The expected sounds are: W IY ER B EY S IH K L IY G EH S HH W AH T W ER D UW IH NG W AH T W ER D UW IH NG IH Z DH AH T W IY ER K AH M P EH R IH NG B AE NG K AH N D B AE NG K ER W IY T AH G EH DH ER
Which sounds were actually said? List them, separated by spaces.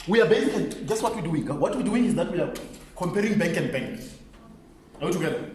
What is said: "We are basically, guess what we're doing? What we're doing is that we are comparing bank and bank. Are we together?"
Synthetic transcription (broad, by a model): W IY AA B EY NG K IY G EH S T W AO T W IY D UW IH NG W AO T W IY D UW IH NG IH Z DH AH T W IY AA K AH M P EH R IH NG B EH NG K AH N D B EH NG K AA W IY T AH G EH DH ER